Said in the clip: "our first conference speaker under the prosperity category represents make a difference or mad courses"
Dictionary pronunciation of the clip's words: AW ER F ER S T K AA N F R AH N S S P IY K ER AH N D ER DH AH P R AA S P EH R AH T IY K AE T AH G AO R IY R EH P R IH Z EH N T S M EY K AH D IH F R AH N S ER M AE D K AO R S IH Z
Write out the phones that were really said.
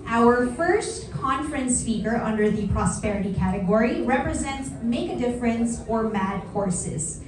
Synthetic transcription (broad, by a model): AW ER F ER S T K AA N F R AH N S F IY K ER AH N D ER DH AH P R AA S P EH R AH T IY K AE T AH G AO R IY R EH P R IH Z EH N T S M EY K AH D IH F R AH N S ER M AE D K AO R S IH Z